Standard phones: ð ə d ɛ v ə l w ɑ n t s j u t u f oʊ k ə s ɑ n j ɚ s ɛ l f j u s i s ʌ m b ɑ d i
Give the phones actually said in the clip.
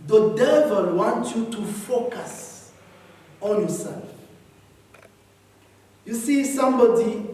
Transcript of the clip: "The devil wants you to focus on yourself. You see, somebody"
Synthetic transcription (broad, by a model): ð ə d ɛ v ə l w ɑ n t j u t u f oʊ k ə s ɑ n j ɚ s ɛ l f j u s i s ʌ m b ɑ d i